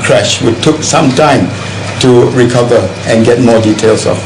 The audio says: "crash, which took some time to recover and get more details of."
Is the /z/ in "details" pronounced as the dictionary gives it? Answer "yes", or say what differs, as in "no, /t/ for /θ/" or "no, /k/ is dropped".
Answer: no, /s/ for /z/